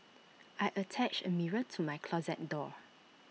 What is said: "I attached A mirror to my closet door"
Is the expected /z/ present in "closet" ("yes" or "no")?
yes